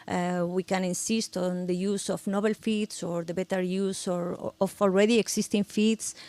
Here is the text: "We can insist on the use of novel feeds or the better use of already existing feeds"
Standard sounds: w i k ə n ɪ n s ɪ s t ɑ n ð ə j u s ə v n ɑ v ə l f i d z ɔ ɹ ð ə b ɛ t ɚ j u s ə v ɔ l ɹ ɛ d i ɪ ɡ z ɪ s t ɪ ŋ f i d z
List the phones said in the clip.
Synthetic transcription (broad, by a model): w i k ə n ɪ n s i s t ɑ n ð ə j u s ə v n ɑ b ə l f i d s ɔ ɹ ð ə b ɛ t ɚ j u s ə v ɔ l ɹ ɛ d i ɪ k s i s t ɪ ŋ f i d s